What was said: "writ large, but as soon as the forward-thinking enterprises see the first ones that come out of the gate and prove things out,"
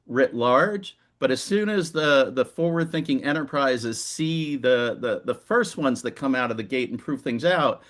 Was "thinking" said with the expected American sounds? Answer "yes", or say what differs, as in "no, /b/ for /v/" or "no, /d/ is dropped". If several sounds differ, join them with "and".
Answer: yes